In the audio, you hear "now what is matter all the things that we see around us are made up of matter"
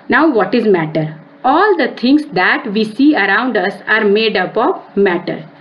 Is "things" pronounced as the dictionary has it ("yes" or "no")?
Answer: no